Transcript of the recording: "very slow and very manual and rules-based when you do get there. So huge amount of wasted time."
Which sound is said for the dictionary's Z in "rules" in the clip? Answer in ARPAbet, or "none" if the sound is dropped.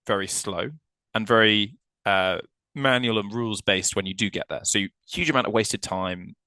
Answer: Z